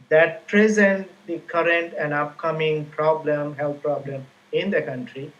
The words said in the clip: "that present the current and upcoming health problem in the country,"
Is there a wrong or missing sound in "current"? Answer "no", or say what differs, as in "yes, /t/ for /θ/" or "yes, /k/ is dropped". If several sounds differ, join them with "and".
no